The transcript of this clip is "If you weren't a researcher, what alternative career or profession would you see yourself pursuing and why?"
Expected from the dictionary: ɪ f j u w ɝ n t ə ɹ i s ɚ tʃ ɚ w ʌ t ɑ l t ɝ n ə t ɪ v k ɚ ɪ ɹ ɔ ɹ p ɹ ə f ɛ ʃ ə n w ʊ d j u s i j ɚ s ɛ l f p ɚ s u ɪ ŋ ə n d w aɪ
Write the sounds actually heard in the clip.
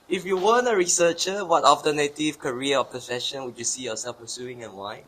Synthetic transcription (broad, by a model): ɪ f j u w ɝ n ə ɹ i s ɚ tʃ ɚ w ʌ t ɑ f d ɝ n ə t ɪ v k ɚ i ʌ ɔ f p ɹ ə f ɛ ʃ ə n w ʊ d j u s i j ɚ s ɛ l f p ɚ s u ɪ ŋ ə n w aɪ